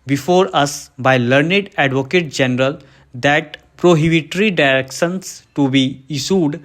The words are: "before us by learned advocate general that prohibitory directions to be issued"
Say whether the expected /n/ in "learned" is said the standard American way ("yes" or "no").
yes